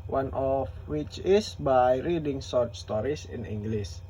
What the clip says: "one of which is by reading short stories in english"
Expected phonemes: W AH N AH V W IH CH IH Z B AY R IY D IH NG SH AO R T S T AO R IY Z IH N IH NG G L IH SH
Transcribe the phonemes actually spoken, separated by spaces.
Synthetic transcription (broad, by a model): W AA N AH F W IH CH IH S B AY R IY D IH NG S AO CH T S T AO R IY S IH N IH NG G L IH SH